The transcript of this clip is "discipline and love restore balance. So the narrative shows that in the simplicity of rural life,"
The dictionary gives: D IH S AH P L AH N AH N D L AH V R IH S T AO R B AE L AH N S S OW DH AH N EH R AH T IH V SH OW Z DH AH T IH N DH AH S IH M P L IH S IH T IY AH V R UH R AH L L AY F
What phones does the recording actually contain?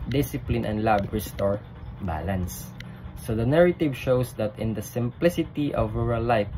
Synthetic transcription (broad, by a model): D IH S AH P L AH N AH N D L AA B R IH S T AO R B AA L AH N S S OW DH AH N EH R AH T IH V SH OW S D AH T IH N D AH S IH M P L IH S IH T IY AH V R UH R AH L L AY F